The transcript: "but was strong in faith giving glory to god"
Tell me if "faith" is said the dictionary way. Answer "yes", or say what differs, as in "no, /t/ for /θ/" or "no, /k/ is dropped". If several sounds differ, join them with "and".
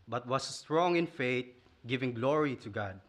no, /t/ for /θ/